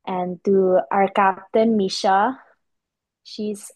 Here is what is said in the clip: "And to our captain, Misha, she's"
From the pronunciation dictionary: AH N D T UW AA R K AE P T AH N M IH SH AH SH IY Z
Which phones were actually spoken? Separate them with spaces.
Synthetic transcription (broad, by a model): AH N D T UW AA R K AE P T AH N M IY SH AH SH IY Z